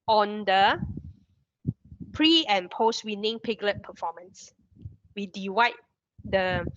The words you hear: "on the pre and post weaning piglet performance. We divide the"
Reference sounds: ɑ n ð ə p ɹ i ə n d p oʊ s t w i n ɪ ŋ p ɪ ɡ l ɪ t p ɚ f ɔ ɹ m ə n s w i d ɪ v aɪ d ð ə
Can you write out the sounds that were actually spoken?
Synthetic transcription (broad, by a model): ɑ n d ə p ɹ i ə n p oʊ s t w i n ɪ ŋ p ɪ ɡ l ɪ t p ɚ f ɔ m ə n s w i d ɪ w aɪ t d ə